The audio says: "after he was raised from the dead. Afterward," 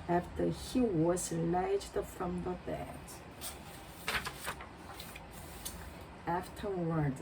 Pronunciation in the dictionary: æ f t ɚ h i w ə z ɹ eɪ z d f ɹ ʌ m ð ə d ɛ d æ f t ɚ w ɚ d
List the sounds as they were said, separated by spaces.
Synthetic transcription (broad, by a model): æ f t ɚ h i w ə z l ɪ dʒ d f ɹ ʌ m ð ə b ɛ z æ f t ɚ w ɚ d